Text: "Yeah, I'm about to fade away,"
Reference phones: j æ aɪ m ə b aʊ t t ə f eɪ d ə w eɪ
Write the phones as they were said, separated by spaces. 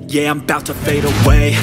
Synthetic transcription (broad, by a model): j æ aɪ m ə b aʊ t t ə f eɪ d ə w eɪ